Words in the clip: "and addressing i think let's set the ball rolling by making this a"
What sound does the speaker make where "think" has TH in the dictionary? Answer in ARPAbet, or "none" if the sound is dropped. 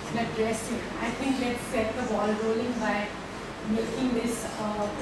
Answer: T